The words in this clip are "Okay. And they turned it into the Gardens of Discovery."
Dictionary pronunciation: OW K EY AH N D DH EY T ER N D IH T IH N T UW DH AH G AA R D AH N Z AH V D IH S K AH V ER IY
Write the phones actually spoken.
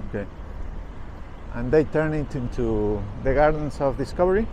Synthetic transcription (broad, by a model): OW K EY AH N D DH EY T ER N IH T IH N T UW DH AH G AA R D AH N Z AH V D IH S K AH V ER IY